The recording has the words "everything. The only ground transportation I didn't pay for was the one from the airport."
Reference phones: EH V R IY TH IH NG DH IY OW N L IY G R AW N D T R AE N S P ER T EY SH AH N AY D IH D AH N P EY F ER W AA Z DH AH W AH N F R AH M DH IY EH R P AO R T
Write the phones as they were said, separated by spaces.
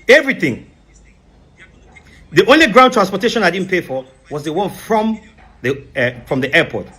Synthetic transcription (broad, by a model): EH V R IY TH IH NG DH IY OW N L IY G R AW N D T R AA N S P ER T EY SH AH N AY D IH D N P EY F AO W AA Z DH AH W AH N F R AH M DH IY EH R P AO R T